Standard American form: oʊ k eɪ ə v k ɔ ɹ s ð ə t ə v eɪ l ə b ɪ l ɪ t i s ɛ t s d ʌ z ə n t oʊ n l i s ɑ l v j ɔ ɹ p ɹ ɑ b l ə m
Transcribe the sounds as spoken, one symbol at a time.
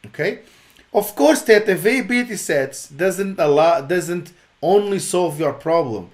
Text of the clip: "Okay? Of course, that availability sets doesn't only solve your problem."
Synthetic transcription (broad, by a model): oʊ k eɪ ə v k ɔ ɹ s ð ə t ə v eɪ ə b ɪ l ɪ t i s ɛ t s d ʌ z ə n t oʊ n l i s ɑ l v j ɔ ɹ p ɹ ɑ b l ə m